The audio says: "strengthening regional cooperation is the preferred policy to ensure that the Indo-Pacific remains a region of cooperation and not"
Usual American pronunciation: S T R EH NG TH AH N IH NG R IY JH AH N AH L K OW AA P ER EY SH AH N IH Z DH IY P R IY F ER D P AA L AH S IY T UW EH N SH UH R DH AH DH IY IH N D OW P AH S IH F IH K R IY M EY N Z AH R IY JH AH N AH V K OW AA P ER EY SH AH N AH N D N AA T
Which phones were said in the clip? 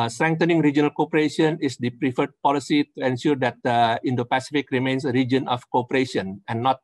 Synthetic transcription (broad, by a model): S T R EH NG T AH N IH NG R IY JH AH N AH L K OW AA P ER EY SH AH N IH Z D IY P R IY F ER D P AA L AH S IY T UW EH N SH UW R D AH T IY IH N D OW P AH S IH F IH K R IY M EY N S AH R IY JH AH N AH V K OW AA P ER EY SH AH N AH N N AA T